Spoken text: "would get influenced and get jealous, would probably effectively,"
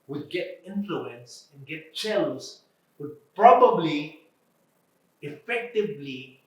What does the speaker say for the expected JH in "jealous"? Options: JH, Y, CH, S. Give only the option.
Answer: CH